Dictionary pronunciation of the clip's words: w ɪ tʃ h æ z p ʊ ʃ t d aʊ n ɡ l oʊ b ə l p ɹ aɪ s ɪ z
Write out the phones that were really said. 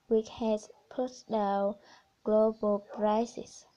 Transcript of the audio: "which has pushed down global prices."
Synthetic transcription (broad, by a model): w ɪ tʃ h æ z p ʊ t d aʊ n ɡ l oʊ b ə l p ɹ aɪ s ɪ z